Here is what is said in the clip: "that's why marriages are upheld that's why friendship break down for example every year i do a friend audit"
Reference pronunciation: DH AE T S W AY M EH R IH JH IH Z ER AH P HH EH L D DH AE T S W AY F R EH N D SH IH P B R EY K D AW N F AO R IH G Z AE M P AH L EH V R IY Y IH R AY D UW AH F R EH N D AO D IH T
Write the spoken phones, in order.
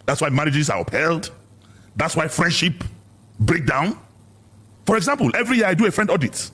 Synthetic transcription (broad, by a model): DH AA T S W AY M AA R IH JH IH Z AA AH P HH EH L D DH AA T S W AY F R EH N D SH IH P B R EY K D AW N F AO R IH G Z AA M P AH L EH V R IY Y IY AY D UW AH F R EH N D AO D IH T